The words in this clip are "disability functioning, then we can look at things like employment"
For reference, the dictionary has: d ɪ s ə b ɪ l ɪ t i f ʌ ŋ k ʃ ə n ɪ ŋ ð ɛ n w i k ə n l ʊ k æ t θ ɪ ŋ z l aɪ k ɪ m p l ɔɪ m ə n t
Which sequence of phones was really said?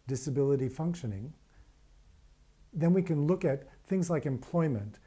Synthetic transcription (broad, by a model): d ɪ s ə b ɪ l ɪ t i f ʌ ŋ k ʃ ə n ɪ ŋ ð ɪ n w i k ə n l ʊ k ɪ t θ ɪ ŋ z l aɪ k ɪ m p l ɔɪ m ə n t